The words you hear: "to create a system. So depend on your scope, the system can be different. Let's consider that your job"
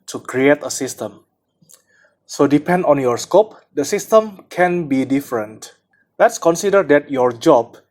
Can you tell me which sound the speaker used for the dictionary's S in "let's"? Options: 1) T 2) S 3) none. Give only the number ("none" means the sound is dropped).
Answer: 2